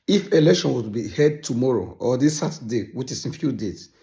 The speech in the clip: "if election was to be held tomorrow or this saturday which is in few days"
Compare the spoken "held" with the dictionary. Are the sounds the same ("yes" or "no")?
no